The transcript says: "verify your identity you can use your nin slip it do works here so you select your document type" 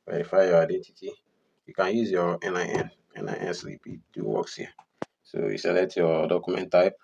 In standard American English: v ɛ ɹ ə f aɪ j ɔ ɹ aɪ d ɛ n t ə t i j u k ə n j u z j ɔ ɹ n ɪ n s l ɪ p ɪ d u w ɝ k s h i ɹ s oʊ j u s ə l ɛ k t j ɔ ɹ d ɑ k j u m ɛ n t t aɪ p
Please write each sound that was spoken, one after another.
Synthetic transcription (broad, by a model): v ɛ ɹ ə f aɪ j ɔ aɪ d ɛ n t ə t i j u k ə n j u z j ɔ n n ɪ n s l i p ɪ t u w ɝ k s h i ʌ s oʊ j u s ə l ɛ t j ɔ d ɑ k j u m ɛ n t t aɪ p